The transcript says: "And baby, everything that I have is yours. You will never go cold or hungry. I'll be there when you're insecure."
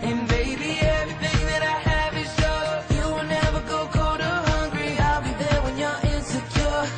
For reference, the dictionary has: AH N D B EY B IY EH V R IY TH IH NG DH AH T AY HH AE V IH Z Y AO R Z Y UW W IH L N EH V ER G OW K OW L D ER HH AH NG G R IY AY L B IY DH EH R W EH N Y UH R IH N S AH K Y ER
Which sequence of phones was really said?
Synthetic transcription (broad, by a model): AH N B EY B IY EH V R IY TH IH NG DH AH T AY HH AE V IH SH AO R Y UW W IH L N EH V ER G OW K OW D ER HH AH NG G R IY AY L B IY DH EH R W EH N Y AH R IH N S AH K Y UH